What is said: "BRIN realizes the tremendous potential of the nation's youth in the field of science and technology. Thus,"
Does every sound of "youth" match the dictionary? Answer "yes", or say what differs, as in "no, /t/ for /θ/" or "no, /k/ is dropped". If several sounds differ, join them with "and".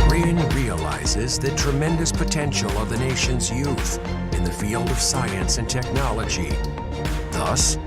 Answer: yes